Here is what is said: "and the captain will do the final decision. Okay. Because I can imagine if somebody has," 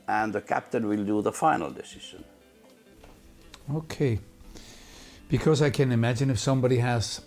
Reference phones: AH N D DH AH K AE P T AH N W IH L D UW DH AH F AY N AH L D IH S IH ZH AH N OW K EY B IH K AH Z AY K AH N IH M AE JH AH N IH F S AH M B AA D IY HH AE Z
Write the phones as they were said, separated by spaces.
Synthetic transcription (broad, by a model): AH N DH AH K AE P T AH N W IH L D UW DH AH F AY N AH L D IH S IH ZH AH N OW K EY B IH K AH Z AY K AH N IH M AE JH AH N IH F S AH M B AA D IY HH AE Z